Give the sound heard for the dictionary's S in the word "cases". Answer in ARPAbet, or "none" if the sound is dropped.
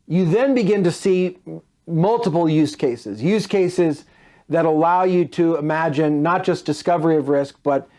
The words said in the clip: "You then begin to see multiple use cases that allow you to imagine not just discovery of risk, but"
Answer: S